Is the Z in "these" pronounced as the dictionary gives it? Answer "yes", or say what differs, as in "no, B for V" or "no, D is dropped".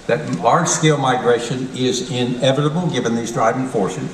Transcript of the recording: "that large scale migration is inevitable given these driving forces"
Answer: yes